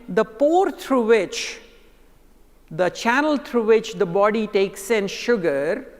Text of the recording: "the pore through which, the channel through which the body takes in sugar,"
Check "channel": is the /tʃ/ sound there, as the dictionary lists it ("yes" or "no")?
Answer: yes